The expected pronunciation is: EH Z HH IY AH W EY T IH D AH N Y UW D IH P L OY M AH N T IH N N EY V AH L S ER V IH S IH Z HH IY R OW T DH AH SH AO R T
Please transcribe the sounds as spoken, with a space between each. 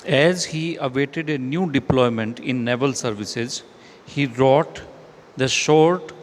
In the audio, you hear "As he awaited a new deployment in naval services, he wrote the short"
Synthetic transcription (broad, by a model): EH Z HH IY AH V EY T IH D AH N Y UW D IH P L OY M AH N T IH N N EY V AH L S ER V IH S IH Z HH IY R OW T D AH SH AO R T